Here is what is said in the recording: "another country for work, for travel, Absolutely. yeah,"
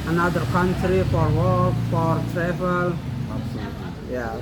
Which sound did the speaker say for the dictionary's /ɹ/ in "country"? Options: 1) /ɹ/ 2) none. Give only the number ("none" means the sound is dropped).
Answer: 1